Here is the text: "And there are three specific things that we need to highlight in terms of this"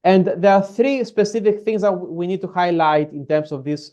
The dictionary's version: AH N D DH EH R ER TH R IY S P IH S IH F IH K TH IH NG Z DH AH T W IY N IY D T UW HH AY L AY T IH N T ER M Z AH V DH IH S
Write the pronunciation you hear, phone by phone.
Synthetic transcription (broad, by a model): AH N D DH EH R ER TH R IY S P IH S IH F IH K TH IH NG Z DH AH T W IY N IY D T UW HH AY L AY T IH N T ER M S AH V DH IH S